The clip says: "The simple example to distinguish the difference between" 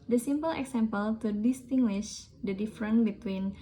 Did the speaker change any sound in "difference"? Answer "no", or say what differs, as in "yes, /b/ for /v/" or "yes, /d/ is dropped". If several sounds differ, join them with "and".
yes, /s/ is dropped